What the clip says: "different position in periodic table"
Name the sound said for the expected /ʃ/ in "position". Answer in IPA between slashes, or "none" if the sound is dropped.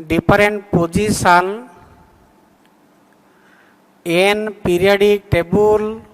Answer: /s/